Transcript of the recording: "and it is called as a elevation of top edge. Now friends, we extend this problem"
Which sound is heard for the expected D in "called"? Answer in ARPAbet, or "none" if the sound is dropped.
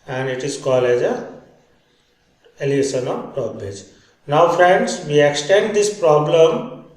none